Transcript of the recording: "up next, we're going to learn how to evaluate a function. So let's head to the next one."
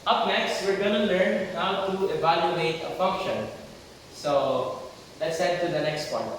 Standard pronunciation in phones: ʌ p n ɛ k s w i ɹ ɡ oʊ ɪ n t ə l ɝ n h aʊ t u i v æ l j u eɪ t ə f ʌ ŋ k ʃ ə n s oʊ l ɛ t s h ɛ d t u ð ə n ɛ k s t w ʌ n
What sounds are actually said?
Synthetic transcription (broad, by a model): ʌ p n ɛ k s w i ɹ ɡ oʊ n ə l ɝ n h aʊ t u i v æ l j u eɪ t ə f ʌ ŋ k ʃ ə n s oʊ l ɛ t s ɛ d t u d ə n ɛ k s t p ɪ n